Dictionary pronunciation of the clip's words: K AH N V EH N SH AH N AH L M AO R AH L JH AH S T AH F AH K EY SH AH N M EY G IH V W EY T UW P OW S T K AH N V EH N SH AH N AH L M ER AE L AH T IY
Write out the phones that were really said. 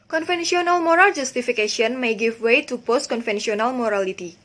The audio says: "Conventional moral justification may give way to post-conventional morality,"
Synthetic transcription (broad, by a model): K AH N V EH N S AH N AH L M AO R AH L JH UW S T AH F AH K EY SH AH N M EY G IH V W EY T UW P OW S T K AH N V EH N S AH N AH L M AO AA L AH T IY